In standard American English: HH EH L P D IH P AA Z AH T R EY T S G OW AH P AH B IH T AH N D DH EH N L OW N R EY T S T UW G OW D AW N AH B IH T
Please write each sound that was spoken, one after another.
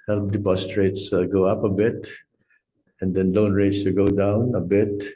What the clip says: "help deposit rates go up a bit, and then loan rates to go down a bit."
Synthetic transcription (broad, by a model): HH EH L P D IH P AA S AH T R EY T S G OW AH P AH B IH T AH N D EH N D OW N R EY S T UW G OW D AW N AH B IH T